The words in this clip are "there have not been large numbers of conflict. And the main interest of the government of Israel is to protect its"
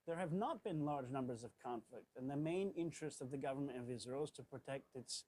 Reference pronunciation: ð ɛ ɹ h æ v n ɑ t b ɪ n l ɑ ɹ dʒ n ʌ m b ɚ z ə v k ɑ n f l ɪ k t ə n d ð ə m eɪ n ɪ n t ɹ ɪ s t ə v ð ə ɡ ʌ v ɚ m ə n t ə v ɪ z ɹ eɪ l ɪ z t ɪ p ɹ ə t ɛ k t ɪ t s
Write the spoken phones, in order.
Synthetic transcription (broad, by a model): ð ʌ ɹ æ v n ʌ t b ɪ n l ɑ ɹ dʒ n ʌ m b ɚ z ə v k ɑ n f l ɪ k t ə n ð ə m eɪ n ɪ n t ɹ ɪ s t ə v ð ə ɡ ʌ v ɚ m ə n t ə v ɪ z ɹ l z t ɪ p ɹ ə t ɛ k t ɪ t s